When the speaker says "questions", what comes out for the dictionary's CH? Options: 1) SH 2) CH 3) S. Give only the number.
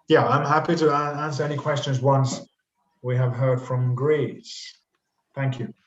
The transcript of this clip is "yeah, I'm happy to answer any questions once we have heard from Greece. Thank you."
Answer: 2